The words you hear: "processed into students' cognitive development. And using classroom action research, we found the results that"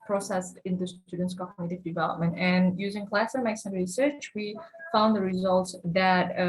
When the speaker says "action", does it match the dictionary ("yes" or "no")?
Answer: no